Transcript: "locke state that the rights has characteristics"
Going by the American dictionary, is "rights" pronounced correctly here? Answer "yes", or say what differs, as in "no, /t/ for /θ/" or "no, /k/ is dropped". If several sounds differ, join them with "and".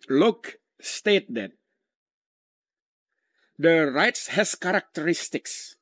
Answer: yes